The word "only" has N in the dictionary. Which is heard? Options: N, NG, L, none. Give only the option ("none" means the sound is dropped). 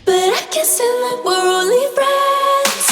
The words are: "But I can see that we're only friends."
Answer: none